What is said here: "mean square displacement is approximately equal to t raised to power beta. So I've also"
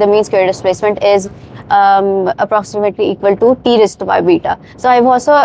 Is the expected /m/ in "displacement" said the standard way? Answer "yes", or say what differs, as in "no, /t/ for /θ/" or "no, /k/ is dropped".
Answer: yes